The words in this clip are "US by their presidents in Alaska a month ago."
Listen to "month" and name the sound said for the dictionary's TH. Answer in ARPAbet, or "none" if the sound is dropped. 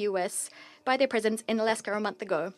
TH